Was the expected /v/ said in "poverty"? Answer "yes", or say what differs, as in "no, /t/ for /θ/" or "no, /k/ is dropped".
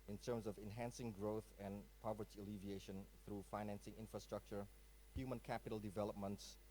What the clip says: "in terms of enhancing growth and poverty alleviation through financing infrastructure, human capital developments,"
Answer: yes